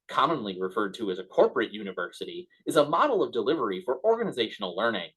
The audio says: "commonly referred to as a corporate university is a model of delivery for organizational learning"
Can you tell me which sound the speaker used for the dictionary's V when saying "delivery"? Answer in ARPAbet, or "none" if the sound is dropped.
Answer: V